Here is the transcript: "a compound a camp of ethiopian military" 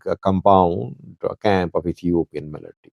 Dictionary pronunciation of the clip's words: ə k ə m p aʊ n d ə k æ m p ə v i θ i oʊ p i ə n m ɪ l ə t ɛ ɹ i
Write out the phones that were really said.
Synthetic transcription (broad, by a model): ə k ə m p aʊ n d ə k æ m p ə f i s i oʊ p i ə n m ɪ l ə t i